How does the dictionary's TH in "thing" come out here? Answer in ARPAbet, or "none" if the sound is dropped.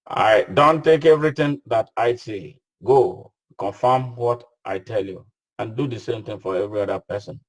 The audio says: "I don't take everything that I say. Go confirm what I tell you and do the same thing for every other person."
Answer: T